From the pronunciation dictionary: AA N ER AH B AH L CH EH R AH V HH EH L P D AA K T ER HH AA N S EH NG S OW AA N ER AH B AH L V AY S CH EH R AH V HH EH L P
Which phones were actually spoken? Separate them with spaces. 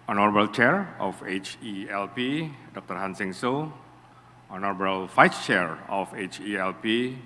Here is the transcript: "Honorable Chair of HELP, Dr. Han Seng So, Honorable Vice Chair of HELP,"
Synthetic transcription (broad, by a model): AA N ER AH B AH L CH EH R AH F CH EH L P D AA K T ER HH AA N S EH NG S OW AA N ER AH B AH L F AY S CH EH R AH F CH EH L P